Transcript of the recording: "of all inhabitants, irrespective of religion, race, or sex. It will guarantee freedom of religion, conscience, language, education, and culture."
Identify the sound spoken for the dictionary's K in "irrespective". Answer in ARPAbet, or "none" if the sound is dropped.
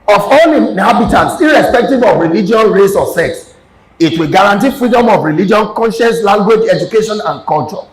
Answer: K